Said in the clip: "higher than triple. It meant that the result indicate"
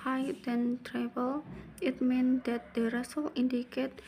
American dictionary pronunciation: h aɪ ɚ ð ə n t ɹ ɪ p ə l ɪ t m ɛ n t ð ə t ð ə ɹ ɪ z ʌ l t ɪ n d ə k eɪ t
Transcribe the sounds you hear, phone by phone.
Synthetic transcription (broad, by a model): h aɪ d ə n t ɹ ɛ b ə l ɪ t m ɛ n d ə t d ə ɹ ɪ s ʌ l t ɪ n d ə k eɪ t